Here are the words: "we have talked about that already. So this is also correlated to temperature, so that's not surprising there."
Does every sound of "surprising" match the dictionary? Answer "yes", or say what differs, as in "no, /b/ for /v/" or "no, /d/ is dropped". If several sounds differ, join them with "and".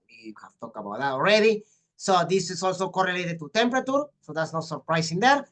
no, /s/ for /z/